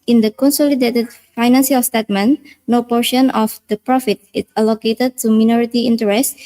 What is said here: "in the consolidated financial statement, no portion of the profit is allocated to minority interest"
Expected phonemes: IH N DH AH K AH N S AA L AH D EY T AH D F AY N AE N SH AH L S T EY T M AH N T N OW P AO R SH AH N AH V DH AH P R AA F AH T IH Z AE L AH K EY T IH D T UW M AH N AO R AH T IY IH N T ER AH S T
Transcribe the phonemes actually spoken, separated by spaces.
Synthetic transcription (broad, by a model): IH N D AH K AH N S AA L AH D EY T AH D F AY N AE N S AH L S T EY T M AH N N OW P AO R SH AH N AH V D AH P R AA F AH T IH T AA L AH K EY T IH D T UW M AH N AO R AH T IY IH N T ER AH S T